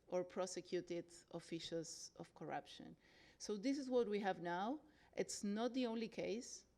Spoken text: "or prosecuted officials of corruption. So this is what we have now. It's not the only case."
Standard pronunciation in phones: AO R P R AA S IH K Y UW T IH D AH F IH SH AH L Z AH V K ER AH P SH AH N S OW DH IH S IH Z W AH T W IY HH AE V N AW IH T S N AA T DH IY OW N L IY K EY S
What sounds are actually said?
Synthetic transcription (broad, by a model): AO R P R AA S IH K Y UW T IH D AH F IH SH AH L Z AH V K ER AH P SH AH N S OW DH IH S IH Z W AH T W IY HH AE V N AW IH T S N AA T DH IY OW N L IY K EY S